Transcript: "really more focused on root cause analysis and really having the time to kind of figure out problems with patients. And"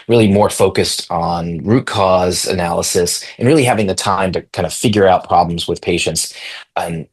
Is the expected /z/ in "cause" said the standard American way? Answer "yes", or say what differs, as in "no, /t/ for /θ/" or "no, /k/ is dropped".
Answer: yes